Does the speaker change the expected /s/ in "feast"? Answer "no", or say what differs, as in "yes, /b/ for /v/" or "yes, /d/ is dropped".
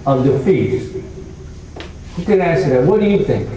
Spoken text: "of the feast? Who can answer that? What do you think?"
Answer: yes, /s/ is dropped